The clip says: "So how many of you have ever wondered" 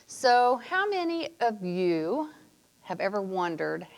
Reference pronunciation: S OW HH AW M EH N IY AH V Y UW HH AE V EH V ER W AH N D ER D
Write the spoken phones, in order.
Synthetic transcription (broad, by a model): S OW HH AW M EH N IY AH V Y UW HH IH V EH V ER W AH N D ER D